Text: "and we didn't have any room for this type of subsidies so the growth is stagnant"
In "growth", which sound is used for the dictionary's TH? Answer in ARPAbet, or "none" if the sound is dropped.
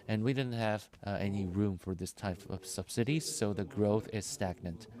TH